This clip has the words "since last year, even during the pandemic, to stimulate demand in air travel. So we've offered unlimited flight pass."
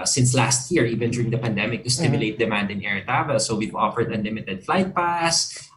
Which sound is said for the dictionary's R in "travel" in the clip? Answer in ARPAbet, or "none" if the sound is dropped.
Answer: none